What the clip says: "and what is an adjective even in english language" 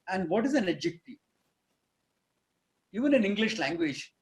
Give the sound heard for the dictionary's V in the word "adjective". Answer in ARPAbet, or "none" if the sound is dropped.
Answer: none